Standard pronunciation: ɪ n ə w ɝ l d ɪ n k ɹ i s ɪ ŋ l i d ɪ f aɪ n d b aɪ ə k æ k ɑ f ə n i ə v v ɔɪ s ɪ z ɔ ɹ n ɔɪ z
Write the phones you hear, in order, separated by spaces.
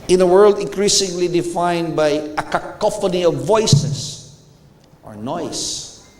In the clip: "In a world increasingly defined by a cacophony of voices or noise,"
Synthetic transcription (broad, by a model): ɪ n ə w ɝ l d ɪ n k ɹ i s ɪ ŋ l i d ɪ f aɪ n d b aɪ ə k æ k ɑ f ə n i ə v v ɔɪ s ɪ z ɔ ɹ n ɔɪ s